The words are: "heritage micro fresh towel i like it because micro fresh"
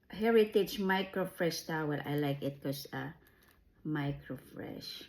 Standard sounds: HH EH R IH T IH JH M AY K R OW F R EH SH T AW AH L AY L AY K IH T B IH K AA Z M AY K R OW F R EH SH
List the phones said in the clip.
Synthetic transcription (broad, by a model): HH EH R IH T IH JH M AY K R OW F R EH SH T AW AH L AY L AY K IH T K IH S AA M AY K R OW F R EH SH